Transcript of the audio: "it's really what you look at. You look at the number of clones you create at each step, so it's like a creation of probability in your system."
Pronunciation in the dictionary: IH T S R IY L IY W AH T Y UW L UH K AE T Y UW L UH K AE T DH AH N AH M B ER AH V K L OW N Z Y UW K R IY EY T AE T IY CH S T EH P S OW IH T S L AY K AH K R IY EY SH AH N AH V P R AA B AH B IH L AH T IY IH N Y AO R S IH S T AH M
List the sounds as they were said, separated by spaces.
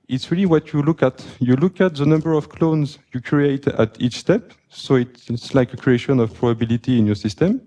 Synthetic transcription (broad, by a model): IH T S R IY L IY W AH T Y UW L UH K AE T Y UW L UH K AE T DH AH N AH M B ER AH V K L OW N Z Y UW K R IY EY T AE T IY CH S T EH P S OW IH T S L AY K AH K R IY EY SH AH N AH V P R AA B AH B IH L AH T IY IH N Y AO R S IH S T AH M